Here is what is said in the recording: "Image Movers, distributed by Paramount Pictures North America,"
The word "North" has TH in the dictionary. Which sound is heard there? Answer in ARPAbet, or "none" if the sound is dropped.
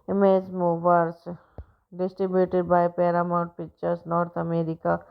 T